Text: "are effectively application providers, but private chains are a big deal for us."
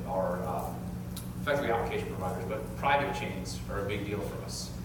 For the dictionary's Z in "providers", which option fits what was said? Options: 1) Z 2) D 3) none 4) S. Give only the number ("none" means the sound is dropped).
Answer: 1